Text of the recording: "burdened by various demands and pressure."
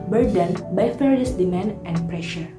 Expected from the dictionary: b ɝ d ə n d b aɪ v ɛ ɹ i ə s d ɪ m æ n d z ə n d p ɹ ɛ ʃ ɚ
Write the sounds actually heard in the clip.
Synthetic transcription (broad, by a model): b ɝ d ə n b aɪ f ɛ ɹ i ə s d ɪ m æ n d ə n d p ɹ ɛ ʃ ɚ